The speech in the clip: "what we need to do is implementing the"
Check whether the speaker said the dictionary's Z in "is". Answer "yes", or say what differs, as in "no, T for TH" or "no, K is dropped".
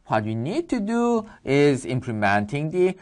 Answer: yes